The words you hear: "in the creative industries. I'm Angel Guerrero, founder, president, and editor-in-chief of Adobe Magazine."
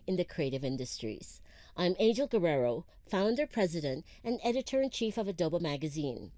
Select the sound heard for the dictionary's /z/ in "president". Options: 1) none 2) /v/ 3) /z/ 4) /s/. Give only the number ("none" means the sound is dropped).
3